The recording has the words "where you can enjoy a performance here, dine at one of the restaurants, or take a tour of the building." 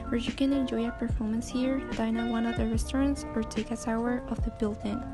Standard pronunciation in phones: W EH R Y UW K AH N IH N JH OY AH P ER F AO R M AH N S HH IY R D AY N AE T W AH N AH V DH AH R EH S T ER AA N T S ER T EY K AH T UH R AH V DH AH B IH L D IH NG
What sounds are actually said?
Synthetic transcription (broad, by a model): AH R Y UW K AH N IH N JH OY AH P ER F AO R M AH N S HH IY R D AY N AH W AH N AH V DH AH R EH S T ER AA N T S ER T EY K AH S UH R AH V DH AH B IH L D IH NG